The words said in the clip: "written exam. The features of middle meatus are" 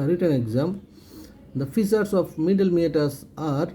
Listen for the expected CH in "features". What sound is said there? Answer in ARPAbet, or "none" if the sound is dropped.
S